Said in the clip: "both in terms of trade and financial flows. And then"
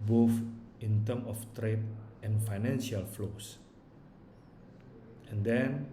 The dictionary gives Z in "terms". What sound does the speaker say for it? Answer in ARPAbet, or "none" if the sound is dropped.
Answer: none